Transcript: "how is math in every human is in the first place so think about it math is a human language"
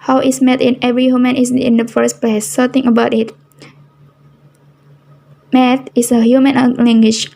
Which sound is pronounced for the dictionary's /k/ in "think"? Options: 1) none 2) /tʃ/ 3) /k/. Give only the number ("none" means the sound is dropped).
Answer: 1